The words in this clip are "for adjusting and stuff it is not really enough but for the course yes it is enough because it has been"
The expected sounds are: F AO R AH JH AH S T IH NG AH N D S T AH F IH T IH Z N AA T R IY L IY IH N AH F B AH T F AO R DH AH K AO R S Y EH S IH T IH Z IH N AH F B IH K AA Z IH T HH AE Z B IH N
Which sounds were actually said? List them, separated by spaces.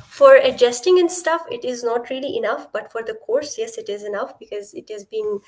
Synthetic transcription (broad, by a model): F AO R AH JH AH S T IH NG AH N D S T AH F IH T IH Z N AA T R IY L IY IH N AH F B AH T F AO R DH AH K AO R S Y EH S IH T IH Z IH N AH F B IH K AA Z IH T HH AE Z B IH N